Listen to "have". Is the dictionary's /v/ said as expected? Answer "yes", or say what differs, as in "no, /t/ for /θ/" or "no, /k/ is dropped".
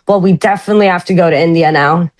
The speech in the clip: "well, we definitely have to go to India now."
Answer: no, /f/ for /v/